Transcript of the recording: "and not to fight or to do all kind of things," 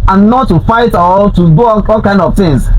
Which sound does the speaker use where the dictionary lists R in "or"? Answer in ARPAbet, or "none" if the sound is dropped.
L